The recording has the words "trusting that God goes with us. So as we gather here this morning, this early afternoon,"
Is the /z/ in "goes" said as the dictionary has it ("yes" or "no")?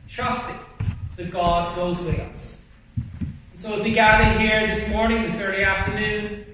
yes